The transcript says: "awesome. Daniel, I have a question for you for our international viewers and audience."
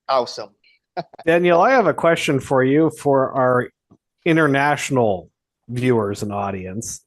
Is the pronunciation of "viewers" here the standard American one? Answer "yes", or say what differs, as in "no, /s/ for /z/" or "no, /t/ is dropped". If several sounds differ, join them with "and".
yes